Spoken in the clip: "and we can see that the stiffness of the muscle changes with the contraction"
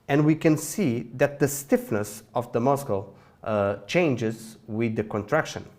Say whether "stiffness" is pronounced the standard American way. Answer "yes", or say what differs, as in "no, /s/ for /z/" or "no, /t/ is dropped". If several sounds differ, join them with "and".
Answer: yes